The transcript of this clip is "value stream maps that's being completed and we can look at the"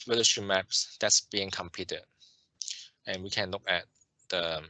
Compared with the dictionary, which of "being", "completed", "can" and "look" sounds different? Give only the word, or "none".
completed